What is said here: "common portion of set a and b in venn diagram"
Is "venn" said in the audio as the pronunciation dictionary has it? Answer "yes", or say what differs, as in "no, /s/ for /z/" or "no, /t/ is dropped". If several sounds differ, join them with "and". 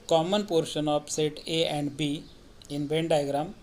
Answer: no, /b/ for /v/